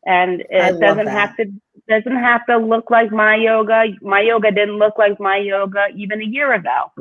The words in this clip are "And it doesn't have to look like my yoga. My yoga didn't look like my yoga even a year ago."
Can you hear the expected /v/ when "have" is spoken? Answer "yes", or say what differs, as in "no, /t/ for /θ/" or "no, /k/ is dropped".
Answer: no, /f/ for /v/